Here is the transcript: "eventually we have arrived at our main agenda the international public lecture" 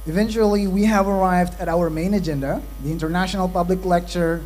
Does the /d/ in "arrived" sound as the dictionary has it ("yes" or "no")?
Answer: yes